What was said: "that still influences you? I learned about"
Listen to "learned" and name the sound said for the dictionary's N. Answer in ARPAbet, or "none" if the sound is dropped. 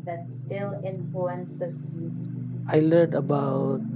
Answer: none